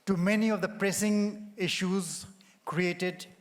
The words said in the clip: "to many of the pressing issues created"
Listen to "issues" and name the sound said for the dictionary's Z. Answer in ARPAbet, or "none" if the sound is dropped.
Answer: Z